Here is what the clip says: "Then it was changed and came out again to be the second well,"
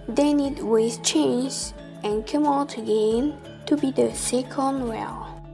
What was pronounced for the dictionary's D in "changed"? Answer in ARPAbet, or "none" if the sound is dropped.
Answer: none